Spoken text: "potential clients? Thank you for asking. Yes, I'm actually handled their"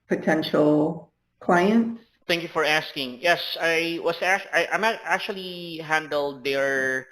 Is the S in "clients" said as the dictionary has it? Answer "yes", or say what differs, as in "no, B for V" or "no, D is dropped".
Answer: no, S is dropped